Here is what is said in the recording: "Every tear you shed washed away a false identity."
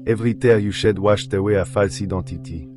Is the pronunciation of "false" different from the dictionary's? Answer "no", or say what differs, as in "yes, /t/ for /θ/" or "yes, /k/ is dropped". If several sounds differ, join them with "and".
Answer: no